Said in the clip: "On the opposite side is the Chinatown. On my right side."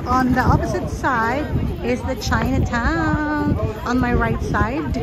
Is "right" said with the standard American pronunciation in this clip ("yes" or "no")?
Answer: yes